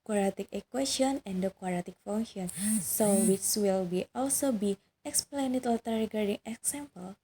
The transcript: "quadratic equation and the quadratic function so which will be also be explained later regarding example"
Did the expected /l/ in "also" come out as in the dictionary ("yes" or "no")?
yes